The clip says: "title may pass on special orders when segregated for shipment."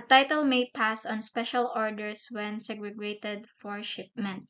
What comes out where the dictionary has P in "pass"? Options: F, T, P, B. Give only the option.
P